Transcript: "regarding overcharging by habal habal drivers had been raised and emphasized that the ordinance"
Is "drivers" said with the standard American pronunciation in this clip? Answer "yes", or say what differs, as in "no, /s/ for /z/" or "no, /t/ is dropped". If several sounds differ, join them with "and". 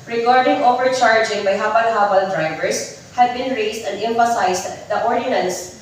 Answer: no, /s/ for /z/